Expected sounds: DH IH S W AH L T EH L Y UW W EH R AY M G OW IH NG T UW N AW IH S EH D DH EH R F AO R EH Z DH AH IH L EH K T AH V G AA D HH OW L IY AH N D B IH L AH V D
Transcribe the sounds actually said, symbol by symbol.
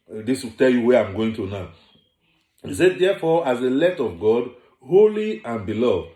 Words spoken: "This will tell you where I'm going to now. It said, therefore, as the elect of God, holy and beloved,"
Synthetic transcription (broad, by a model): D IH S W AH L T EH L Y UW W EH AY M G OW IH NG T UW N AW IH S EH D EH F AO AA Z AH L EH T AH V G AA D HH OW L IY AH N B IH L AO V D